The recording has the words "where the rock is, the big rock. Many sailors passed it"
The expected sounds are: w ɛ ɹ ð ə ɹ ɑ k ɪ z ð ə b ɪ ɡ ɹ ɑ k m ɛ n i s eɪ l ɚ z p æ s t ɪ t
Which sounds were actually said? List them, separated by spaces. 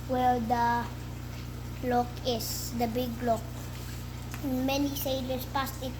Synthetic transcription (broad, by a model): w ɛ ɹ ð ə l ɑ k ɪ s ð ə b ɪ ɡ l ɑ k m ɛ n i s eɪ l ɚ s p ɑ s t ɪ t